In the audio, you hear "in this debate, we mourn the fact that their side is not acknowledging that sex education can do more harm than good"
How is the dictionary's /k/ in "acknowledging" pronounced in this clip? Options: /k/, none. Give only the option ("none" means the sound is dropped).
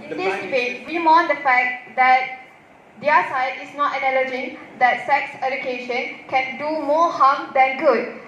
none